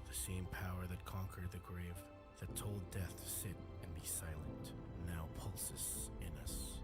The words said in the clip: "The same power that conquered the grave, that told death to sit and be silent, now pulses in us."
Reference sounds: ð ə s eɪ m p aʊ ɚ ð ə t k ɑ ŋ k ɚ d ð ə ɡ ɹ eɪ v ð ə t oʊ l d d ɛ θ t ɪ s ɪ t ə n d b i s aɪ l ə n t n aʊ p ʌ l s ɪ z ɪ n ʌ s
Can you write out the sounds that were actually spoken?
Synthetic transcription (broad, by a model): ð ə s eɪ m p aʊ ɚ ð ə t k ɑ ŋ k ɚ d ð ə ɡ ɹ eɪ v ð ə t oʊ l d d ɛ θ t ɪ s ɪ t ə n b i s aɪ l ə n t n aʊ p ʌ l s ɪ s ɪ n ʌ s